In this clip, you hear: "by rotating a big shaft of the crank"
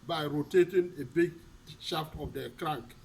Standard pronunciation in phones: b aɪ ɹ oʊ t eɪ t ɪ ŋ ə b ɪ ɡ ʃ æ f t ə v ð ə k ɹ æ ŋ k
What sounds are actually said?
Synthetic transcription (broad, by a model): b aɪ ɹ oʊ t eɪ t ɪ ŋ ə b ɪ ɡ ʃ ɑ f t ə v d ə k ɹ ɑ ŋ k